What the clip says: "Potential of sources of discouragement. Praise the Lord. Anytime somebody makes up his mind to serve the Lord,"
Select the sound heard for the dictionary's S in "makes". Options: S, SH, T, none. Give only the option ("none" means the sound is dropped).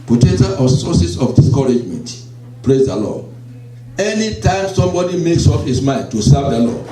S